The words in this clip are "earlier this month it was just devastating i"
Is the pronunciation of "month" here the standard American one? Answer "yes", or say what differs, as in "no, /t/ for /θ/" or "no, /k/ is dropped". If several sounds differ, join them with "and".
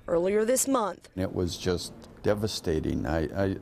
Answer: yes